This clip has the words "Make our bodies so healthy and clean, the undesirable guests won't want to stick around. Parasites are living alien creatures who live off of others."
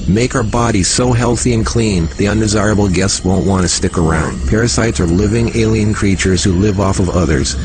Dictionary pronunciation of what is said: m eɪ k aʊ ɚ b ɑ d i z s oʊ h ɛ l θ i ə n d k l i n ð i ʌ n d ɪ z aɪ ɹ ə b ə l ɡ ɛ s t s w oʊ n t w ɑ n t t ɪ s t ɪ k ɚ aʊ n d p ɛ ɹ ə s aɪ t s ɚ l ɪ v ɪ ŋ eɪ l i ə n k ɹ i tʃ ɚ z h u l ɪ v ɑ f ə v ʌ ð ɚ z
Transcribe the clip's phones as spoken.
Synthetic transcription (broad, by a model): m eɪ k aʊ ɚ b ɑ d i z s oʊ h ɛ l θ i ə n k l i n ð i ʌ n d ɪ z aɪ ɹ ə b l ɡ ɛ s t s w oʊ n t w ɑ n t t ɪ s t ɪ k ɚ aʊ n d p ɛ ɹ ə s aɪ t s ɚ l ɪ v ɪ ŋ eɪ l i ə n k ɹ i tʃ ɚ z h u l ɪ v ɑ f ə v ʌ ð ɚ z